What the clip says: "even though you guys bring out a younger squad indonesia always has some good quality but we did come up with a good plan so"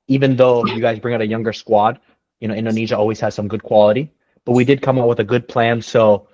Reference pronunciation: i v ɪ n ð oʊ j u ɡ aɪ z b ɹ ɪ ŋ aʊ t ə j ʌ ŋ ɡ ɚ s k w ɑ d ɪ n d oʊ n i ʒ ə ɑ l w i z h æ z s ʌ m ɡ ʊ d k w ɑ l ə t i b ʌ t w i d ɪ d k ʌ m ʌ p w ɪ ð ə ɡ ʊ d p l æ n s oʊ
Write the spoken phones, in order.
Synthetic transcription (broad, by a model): i v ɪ n ð oʊ j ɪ ɡ aɪ z b ɹ ɪ ŋ aʊ t ə j ʌ ŋ ɡ ɚ s k w ɑ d ɪ n d oʊ n i ʒ ə ɑ l w i z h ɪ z s ʌ m ɡ ʊ d k w ɑ l ə t i b ʌ t w i d ɪ d k ʌ m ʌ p w ɪ ð ə ɡ ʊ d p l æ n s oʊ